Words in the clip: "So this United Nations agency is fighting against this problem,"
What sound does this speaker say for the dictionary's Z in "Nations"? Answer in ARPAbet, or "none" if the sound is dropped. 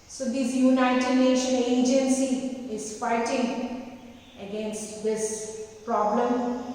none